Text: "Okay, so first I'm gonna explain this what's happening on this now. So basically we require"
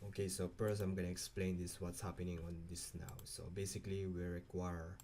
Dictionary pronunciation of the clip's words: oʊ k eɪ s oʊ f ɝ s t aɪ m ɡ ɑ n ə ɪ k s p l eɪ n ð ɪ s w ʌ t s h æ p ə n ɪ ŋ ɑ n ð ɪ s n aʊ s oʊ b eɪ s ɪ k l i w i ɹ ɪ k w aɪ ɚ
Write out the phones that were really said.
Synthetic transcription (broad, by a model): oʊ k eɪ s oʊ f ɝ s aɪ m ɡ ɑ n ə ɪ k s p l eɪ n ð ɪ s w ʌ t s h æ p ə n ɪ ŋ ɑ n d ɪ s n aʊ s oʊ b eɪ s ɪ k l i w i ɹ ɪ k w aɪ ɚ